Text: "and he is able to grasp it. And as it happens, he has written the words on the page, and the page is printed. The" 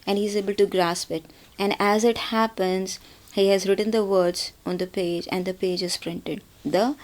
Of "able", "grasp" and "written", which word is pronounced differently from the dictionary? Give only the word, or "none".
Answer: none